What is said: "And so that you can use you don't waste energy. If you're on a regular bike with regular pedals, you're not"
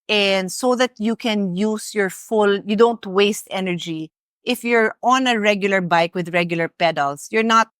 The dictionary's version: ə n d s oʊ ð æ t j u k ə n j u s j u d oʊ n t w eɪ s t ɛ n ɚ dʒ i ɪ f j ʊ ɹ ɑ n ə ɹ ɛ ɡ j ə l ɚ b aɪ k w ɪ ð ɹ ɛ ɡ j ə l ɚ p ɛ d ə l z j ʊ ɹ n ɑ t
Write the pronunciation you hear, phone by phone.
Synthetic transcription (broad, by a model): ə n d s oʊ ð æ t j u k ə n j u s j u d oʊ n t w eɪ s t ɛ n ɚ dʒ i ɪ f j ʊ ɹ ɑ n ə ɹ ɛ ɡ j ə l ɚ b aɪ k w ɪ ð ɹ ɛ ɡ j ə l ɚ p ɛ d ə l s j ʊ ɹ n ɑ t